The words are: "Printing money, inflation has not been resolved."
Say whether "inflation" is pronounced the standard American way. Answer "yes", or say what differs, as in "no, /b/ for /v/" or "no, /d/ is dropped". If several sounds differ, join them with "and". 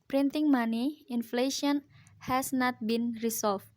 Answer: yes